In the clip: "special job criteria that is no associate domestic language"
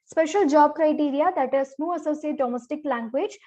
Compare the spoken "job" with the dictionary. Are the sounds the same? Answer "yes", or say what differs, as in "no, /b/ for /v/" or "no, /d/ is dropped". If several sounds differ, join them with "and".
yes